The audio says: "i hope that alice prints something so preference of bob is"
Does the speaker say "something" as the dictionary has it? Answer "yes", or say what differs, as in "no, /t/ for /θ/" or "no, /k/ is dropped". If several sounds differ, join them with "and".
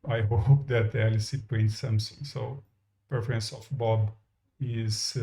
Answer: no, /s/ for /θ/